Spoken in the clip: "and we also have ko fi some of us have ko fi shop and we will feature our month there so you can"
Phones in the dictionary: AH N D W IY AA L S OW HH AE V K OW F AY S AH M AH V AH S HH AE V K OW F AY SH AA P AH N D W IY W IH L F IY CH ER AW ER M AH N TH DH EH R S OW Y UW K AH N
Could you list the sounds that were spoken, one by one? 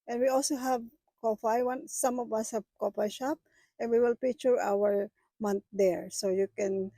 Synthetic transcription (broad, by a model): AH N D W IY AA L S OW HH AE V K OW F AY S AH M AH V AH S HH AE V K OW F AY SH AA P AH N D W IY W IH L P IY CH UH AW ER M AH N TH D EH R S OW Y UW K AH N